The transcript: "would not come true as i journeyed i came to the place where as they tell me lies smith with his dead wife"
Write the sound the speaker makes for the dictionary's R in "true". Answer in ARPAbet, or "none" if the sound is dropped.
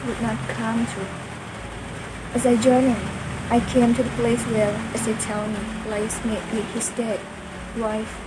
none